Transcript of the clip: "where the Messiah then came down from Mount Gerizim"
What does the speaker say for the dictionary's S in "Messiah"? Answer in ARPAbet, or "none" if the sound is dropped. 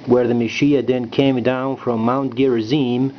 SH